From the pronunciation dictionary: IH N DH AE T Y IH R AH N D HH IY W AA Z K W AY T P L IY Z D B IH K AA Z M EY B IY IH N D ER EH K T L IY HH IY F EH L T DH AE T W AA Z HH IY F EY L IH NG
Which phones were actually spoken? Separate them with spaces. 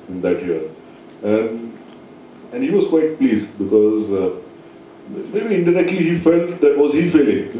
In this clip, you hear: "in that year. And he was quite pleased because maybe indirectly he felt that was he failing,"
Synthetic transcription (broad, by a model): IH N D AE T Y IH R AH N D HH IY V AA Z K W AY T P L IY Z D B IH K AA Z M EY B IY IH N D ER EH K T L IY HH IY F EH L T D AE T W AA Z HH IY F EY L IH NG